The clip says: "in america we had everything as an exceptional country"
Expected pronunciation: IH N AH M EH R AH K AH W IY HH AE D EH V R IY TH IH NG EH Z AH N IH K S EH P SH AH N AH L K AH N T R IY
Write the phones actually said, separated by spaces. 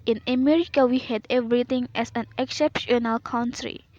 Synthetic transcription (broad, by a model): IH N AH M EH R AH K AH W IY HH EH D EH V R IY T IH NG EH S AH N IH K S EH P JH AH N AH L K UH N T R IY